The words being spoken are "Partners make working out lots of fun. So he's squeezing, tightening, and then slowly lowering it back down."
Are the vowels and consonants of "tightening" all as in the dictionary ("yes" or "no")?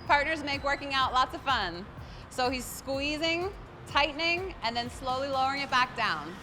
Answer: yes